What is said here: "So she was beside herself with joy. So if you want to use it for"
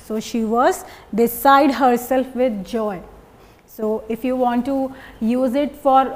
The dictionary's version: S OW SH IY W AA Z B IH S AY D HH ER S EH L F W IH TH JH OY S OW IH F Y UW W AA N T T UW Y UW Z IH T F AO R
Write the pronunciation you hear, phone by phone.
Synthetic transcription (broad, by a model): S OW SH IY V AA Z B IH S AY D HH ER S EH L F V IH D JH OY S OW IH F Y UW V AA N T T UW Y UW Z IH T F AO R